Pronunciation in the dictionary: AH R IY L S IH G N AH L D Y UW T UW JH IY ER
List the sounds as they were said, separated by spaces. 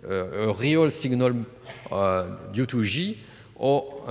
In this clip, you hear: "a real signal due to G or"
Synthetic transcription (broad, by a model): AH R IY L S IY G N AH L D Y UW T UW ZH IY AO